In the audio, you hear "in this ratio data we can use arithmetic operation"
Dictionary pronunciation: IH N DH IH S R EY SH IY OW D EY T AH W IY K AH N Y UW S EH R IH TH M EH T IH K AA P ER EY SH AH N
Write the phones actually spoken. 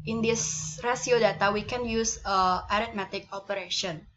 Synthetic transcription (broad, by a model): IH N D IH S R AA S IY OW D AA T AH W IY K AH N Y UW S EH R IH T M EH T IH K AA P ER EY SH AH N